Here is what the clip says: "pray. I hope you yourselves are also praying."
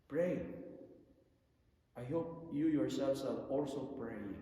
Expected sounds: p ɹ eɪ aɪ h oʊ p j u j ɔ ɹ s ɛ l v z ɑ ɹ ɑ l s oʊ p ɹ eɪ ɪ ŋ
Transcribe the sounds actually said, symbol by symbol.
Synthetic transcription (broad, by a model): p ɹ eɪ aɪ h oʊ p j u j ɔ ɹ s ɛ l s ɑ l ɑ l s oʊ p ɹ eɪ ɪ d